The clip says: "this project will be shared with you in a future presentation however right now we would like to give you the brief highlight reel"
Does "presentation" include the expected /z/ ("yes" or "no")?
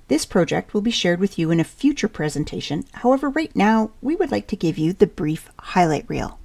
yes